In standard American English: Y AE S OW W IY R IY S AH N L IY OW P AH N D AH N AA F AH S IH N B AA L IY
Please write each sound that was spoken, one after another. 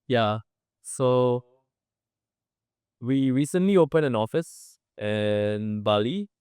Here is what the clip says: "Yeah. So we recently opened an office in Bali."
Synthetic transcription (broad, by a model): Y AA S OW W IY R IY S AH N L IY OW P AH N AH N AA F AH S IH N B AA L IY